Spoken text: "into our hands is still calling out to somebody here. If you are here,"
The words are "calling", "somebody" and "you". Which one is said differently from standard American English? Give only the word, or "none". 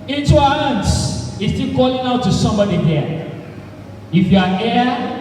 none